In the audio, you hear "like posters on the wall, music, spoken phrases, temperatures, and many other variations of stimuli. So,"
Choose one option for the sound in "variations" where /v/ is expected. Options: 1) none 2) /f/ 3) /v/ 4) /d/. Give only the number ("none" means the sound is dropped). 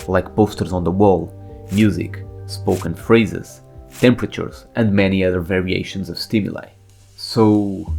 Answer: 3